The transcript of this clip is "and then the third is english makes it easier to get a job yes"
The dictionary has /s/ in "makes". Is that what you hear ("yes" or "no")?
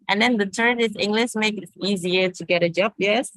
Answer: no